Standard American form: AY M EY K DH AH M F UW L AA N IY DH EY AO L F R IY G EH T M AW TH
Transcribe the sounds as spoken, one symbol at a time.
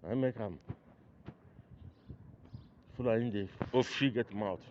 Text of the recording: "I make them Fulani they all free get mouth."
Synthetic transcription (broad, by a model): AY M EY K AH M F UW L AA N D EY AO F IY G EH T M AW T